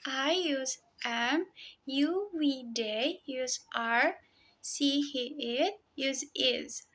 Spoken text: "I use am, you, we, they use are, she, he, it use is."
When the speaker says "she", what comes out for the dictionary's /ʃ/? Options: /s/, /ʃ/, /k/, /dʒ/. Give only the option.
/s/